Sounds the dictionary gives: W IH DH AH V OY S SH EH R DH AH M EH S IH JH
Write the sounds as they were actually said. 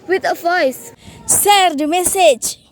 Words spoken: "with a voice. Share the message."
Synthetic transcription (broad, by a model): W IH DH AH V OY S S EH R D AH M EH S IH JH